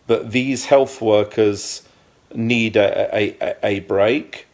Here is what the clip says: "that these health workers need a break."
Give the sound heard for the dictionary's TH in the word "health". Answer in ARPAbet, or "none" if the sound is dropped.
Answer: TH